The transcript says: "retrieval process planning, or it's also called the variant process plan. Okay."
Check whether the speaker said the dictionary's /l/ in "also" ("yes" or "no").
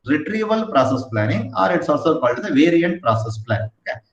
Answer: no